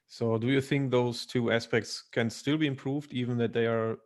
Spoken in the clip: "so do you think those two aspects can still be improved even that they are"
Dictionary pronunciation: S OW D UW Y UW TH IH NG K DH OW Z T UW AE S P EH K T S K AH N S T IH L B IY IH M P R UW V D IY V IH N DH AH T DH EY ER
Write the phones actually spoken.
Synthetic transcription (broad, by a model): S OW D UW Y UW TH IH NG K DH OW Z T UW AE S P EH K T S K AH N S T IH L B IY IH M P R UW V D IY V IH N DH AH T DH EY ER